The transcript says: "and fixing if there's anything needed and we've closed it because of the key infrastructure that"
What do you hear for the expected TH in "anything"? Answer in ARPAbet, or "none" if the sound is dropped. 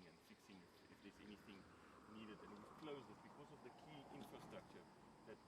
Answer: TH